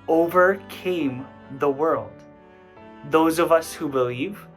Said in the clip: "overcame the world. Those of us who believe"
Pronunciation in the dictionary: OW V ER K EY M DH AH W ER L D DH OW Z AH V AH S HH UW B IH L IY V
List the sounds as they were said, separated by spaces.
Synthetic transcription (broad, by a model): OW V ER K EY M DH AH W ER L D DH OW Z AH V AH S HH UW B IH L IY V